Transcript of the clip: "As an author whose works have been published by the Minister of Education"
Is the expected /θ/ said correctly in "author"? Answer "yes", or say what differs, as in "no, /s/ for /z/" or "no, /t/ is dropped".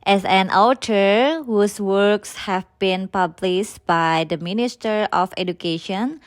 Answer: no, /t/ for /θ/